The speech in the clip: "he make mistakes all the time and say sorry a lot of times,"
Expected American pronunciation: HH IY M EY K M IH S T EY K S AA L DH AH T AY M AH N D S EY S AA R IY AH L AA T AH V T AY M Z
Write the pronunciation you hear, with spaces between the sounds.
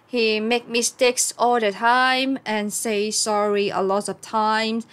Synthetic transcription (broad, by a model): HH IY M EY K M IH S T EY K S AA L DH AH T AY M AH N S EY S AA R IY AH L AA T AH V T AY M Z